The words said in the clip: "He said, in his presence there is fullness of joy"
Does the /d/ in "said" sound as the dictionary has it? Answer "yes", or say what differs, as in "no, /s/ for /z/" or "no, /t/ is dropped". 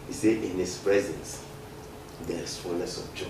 no, /d/ is dropped